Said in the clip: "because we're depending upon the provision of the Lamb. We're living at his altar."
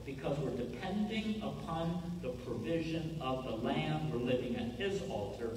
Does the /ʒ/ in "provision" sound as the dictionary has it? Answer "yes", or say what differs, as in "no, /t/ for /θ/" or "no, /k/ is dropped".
yes